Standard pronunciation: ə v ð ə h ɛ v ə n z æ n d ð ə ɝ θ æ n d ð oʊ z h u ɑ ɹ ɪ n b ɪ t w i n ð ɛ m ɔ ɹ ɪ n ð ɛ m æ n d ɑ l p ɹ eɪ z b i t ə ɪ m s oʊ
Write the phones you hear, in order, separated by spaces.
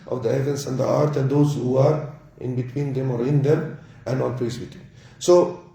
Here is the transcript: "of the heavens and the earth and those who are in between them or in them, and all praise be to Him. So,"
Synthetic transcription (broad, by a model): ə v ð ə h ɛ v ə n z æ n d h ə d t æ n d oʊ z h u ɑ ɹ ɪ n b ɪ t w i n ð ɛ m ɔ ɹ ɪ n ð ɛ m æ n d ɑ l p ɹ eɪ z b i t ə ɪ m s oʊ